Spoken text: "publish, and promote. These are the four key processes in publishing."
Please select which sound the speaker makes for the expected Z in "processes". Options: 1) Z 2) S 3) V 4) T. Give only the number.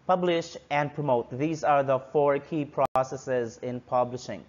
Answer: 1